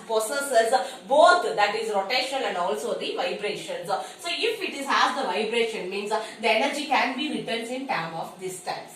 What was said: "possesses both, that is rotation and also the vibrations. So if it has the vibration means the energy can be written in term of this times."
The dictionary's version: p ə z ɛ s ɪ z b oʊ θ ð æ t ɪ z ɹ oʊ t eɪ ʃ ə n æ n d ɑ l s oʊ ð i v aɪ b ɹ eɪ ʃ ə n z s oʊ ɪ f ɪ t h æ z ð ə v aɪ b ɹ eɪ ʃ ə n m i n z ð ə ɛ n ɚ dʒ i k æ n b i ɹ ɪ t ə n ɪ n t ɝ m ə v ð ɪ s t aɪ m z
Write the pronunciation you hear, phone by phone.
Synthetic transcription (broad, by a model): p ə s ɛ s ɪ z b oʊ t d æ t ɪ z ɹ oʊ t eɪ ʃ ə l æ n d ɑ l s oʊ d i v aɪ b ɹ eɪ ʃ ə n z s oʊ ɪ f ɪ t h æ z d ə v aɪ b ɹ eɪ ʃ ə n m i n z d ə ɛ n ɚ dʒ i k æ n b i ɹ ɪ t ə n ɪ n t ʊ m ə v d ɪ s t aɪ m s